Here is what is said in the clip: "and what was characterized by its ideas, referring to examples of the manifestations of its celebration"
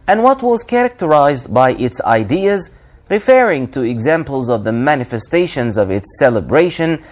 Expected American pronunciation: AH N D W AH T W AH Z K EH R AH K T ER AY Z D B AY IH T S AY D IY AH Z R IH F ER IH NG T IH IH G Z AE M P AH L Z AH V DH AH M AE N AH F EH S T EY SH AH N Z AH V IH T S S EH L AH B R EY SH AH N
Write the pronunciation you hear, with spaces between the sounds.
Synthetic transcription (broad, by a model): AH N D W AH T W AH Z K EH R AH K T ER AY Z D B AY IH T S AY D IY AH Z R IH F ER IH NG T IH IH G Z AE M P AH L Z AH V DH AH M AE N AH F EH S T EY SH AH N Z AH V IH T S S EH L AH B R EY SH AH N